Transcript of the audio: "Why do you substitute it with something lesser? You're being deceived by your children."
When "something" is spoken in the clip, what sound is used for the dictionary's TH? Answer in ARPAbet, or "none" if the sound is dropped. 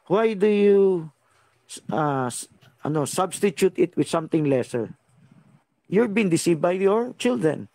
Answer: T